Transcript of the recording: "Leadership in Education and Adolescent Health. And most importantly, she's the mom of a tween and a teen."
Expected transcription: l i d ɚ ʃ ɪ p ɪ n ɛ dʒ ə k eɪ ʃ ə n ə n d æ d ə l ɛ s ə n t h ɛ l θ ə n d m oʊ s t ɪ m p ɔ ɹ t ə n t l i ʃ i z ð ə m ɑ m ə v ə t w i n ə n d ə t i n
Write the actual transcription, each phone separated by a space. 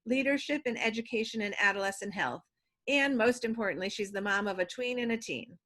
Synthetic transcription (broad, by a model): l i d ɚ ʃ ɪ p ɪ n ɛ dʒ ə k eɪ ʃ ə n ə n æ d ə l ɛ s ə n h ɛ l θ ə n m oʊ s t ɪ m p ɔ ɹ t n t l i ʃ i z ð ə m ɑ m ə v ə t w i n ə n ə t i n